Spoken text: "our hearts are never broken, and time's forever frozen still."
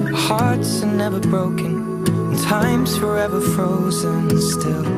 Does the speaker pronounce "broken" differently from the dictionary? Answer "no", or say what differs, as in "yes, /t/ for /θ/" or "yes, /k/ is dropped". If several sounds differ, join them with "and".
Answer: yes, /k/ is dropped